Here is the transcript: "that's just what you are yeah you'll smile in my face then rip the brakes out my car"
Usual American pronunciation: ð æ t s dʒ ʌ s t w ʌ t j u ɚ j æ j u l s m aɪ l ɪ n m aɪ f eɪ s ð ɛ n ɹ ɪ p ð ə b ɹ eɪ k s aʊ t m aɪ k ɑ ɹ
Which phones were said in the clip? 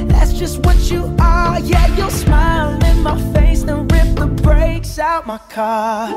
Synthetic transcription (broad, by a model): ð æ t s dʒ ʌ s t w ʌ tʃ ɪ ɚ j æ j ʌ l s m aɪ l ɪ n m aɪ f eɪ s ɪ n ɹ ɪ p ð ə b ɹ eɪ k s aʊ t m aɪ k ɑ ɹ